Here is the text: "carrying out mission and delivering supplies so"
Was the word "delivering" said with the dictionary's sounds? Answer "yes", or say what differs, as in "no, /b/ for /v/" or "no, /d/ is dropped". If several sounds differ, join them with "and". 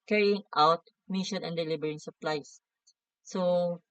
no, /b/ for /v/